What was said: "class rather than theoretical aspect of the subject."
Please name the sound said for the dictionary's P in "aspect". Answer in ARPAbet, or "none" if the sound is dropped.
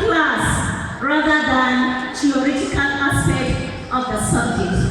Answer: none